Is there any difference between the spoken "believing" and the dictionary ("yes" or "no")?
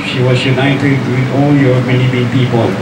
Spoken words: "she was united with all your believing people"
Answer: yes